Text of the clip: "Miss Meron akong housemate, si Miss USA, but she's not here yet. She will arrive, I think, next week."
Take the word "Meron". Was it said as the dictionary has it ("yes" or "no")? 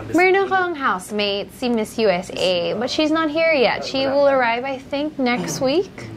no